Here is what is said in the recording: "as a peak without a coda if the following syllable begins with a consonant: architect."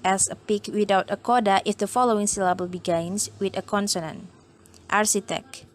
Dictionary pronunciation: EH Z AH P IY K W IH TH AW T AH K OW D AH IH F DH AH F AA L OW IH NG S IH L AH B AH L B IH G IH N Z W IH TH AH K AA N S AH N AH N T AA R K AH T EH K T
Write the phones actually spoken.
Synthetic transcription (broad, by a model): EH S AH P IY K W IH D AW T AH K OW D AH IH F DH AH F AA L OW IH NG S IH L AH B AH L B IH G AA N S W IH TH AH K AA N S AH N AH N T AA R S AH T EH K